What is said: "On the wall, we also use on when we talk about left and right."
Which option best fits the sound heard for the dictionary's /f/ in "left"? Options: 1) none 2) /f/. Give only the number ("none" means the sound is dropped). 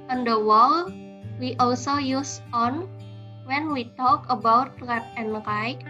1